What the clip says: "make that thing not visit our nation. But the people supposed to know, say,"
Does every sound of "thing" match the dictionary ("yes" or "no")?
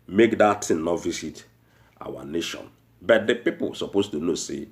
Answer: no